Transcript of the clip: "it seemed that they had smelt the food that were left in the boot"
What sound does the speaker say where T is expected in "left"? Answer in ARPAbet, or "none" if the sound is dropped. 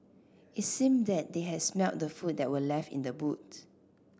T